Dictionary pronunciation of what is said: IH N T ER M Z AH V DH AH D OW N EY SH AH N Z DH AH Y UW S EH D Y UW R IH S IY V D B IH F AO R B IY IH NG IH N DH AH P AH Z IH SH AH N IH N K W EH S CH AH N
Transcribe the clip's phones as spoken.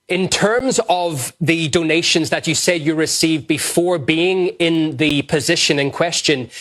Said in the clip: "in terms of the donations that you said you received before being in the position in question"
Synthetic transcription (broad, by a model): IH N T ER M Z AH V DH AH D OW N EY SH AH N Z DH AH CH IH S EH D Y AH R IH S IY V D B IH F AO R B IY IH NG IH N DH AH P AH Z IH SH AH N IH N K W EH S CH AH N